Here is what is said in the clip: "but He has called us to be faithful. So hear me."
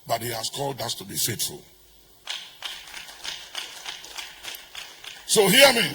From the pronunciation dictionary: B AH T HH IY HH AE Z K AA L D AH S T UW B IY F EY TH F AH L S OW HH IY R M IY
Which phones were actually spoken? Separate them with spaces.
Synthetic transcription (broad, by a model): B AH T HH IY HH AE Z K AA L D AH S T UW B IY F EY T F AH L S OW HH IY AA M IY